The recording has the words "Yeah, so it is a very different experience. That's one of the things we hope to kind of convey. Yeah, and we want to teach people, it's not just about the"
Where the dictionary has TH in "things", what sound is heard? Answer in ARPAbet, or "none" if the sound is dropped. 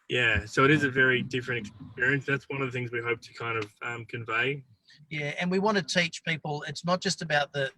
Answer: TH